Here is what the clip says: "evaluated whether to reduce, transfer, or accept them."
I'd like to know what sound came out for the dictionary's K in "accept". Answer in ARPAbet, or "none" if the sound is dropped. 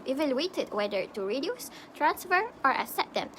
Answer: none